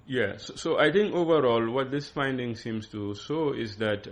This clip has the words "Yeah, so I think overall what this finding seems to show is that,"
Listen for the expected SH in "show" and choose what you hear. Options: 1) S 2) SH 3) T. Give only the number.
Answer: 1